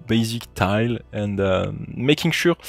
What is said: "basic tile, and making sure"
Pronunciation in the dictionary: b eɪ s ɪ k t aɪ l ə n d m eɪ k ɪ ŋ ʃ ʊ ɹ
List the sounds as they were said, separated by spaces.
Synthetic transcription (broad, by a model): b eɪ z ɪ k t aɪ l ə n d m eɪ k ɪ ŋ ʃ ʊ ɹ